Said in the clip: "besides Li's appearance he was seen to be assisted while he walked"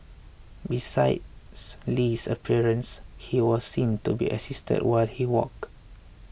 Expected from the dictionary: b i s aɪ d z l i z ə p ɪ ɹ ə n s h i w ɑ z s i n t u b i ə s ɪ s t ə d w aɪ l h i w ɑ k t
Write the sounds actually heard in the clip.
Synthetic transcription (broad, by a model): b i s aɪ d s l i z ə p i ɹ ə n s h i w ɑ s s i n t u b i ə s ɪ s t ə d w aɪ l h i w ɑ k